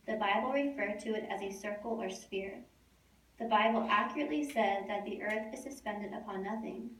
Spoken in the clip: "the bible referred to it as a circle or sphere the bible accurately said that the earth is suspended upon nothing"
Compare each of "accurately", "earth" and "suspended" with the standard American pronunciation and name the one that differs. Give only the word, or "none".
none